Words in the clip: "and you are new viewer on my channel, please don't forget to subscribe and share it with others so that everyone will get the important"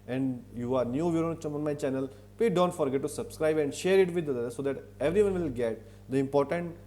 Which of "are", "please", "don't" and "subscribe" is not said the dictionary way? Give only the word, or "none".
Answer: please